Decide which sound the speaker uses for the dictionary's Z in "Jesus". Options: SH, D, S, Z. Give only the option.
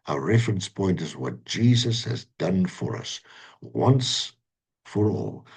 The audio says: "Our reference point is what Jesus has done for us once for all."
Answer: Z